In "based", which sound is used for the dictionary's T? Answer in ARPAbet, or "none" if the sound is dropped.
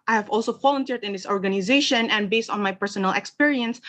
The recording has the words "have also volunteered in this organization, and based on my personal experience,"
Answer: T